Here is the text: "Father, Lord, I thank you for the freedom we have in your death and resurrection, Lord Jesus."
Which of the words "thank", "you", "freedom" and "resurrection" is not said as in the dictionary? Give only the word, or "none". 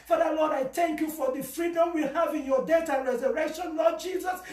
none